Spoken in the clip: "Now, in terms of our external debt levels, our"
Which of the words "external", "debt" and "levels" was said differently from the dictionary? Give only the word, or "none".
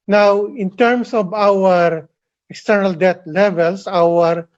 levels